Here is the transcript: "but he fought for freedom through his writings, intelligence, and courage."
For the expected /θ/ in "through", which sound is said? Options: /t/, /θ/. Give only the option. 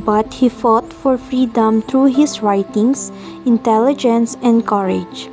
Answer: /t/